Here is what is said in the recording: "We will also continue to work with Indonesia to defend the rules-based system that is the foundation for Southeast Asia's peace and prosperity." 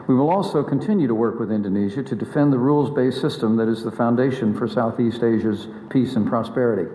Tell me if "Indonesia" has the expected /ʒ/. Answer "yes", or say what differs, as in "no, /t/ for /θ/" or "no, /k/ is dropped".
yes